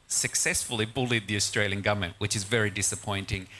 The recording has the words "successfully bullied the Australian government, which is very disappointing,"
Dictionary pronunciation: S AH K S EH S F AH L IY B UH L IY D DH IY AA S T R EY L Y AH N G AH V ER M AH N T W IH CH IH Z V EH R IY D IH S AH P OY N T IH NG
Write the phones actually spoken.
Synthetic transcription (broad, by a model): S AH K S EH S F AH L IY B UH L IY D DH IY AA S T R EY L Y AH N G AH V M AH N T W IH CH IH Z V EH R IY D IH S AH P OY N T IH NG